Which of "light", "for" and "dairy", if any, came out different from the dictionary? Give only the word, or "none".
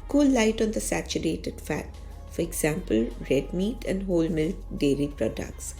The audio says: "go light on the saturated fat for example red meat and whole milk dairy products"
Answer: none